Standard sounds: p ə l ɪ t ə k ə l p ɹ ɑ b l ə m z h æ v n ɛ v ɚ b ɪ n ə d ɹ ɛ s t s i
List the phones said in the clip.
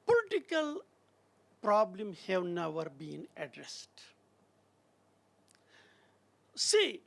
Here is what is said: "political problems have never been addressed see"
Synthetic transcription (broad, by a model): p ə l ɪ t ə k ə l p ɹ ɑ b l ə m h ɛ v n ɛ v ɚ b ɪ n ə d ɹ ɛ s t s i